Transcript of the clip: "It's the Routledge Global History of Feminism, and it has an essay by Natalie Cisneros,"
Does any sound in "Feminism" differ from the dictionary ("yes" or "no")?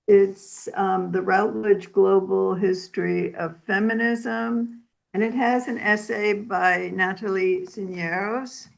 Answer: no